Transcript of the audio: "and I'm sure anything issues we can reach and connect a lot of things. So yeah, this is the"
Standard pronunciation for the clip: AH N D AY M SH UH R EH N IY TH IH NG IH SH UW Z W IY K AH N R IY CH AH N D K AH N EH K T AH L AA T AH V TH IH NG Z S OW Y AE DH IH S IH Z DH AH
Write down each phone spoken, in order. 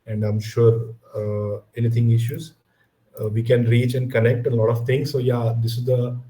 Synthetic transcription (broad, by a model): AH N D AY M SH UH R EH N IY T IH NG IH SH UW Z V IY K AH N R IY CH AH N D K AH N EH K T AH L AA T AH V T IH NG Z S OW Y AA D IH S IH Z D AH